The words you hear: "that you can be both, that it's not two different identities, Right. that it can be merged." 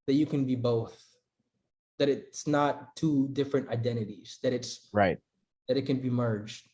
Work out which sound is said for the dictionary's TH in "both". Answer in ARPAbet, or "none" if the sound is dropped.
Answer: TH